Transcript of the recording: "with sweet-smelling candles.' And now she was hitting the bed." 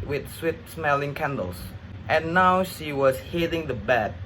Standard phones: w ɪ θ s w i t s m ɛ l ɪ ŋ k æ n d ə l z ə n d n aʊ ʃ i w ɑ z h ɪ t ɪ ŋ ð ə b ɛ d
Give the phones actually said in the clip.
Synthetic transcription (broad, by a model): w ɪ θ s w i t s m ɛ l ɪ ŋ k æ n d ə l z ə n n aʊ ʃ i w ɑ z h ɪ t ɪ ŋ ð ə b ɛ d